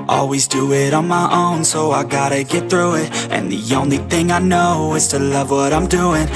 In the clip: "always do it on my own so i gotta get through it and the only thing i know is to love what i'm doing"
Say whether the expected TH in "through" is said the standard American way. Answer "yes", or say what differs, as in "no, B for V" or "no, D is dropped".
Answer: yes